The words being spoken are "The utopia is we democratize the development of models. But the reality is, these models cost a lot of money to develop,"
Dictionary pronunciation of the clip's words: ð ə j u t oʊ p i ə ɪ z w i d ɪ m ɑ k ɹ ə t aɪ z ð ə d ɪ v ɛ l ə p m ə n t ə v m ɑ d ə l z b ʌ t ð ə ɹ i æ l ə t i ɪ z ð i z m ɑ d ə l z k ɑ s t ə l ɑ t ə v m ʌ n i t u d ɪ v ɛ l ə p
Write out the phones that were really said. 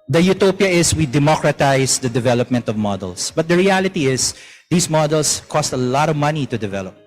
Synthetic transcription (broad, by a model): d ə j u t oʊ p i ə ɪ s w i d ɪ m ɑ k ɹ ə t aɪ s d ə d ɪ v ɛ l ə p m ə n t ə v m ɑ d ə l s b ʌ t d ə ɹ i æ l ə t i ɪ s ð i s m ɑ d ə l s k ɑ s t ə l ɑ t ə v m ʌ n i t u d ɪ v ɛ l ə p